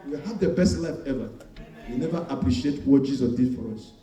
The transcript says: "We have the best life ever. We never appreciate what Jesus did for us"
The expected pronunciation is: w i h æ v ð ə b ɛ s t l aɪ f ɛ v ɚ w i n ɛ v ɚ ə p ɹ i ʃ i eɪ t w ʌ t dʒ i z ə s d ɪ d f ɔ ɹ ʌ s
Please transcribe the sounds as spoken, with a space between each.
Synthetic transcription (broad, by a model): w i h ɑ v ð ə b ɛ s t l aɪ f ɛ v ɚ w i n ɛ v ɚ ə p ɹ i ʃ i eɪ t w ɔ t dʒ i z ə d ɪ d f ɔ ɹ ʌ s